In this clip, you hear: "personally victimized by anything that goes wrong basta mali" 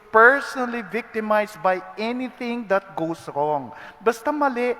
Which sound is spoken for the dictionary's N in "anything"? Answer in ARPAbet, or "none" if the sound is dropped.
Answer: N